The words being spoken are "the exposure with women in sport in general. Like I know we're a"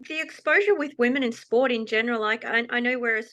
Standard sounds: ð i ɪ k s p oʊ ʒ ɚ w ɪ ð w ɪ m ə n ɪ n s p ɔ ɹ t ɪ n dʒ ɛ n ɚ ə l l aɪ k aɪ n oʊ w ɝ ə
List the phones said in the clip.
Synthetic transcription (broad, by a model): ð i ɪ k s p oʊ ʒ ɚ w ɪ ð w ɪ m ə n ɪ n s p ɔ ɹ t ɪ n dʒ ɛ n ɚ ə l l aɪ k aɪ n oʊ w ɝ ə